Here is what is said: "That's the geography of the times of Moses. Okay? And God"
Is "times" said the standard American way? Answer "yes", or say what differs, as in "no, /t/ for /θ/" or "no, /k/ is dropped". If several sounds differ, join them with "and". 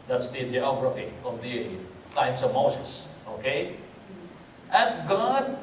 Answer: no, /s/ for /z/